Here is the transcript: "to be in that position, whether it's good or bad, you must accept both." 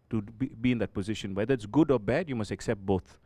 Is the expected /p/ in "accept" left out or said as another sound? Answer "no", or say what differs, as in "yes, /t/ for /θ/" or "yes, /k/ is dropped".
no